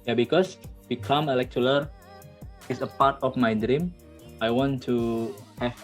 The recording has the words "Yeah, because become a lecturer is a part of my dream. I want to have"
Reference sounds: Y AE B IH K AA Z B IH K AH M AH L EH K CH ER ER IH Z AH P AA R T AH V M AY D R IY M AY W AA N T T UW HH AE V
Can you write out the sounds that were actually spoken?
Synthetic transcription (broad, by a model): Y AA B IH K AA S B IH K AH M AH L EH K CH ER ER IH S AH P AA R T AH F M AY D R IY M AY W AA N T T UW HH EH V